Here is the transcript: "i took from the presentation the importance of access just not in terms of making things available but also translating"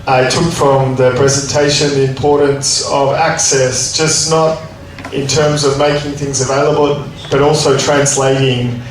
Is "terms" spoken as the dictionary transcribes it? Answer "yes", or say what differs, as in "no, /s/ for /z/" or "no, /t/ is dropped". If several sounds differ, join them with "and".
yes